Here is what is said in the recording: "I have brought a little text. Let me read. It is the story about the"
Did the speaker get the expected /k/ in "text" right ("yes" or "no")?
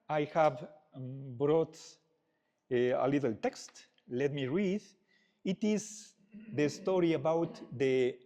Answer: yes